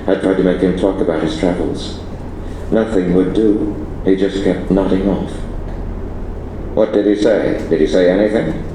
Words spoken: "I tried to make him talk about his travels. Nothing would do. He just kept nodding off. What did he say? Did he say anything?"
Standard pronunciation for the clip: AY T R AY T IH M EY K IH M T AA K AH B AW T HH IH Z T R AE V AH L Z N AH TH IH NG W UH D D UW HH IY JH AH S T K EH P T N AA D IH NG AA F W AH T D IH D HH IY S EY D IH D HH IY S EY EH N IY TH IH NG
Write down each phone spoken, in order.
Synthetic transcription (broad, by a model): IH T R AY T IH M EY K IH M T AA K AH B AW T HH IH Z T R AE V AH L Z N AH TH IH NG W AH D D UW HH IY JH AH S K EH P T N AA D IH NG AA F W AH T D IH D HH IY S EY D IH D IY S EY EH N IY TH IH NG